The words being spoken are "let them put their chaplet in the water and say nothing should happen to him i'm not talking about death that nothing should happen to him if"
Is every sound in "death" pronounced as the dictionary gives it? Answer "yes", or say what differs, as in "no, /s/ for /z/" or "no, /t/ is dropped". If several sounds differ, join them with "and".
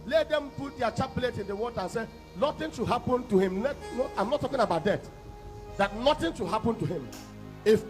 no, /t/ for /θ/